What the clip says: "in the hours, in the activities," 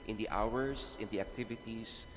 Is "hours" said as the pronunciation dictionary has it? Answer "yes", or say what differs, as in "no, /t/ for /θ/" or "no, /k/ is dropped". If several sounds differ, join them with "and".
no, /s/ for /z/